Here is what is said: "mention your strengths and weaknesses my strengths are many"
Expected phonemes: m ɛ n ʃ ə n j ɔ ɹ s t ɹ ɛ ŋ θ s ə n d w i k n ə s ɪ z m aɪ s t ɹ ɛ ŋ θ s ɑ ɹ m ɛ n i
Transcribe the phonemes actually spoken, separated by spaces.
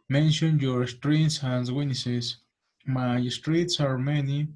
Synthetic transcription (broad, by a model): m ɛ n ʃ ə n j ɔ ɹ s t ɹ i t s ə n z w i n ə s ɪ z m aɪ s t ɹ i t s ɑ ɹ m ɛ n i